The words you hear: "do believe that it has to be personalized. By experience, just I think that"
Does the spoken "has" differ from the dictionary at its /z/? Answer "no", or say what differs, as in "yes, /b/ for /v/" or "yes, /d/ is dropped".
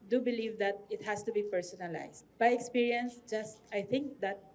yes, /s/ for /z/